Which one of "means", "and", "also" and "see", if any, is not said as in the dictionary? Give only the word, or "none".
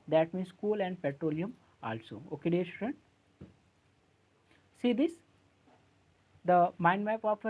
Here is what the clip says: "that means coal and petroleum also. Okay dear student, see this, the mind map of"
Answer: means